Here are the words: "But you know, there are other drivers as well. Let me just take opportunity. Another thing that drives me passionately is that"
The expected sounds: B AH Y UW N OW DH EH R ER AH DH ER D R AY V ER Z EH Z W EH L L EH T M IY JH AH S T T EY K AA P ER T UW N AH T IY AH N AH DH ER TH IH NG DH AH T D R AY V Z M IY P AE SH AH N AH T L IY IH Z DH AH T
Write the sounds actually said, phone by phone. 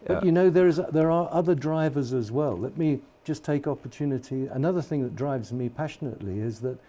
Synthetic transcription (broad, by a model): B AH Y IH N OW DH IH R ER AH DH ER D R AY V ER Z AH Z W EH L L EH T M IY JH AH S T T EY K AA P ER T UW N AH T IY AH N AH DH ER TH IH NG DH AH T D R AY V Z M IY P AE SH AH N AH T L IY IH Z DH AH T